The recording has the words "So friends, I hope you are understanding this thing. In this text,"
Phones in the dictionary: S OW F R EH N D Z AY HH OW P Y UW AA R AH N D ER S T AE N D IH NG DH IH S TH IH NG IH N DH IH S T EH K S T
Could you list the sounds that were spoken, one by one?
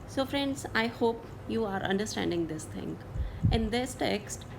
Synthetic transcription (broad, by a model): S OW F R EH N D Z AY HH OW P Y UW AA R AH N D ER S T AE N D IH NG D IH S T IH NG IH N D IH S T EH K S T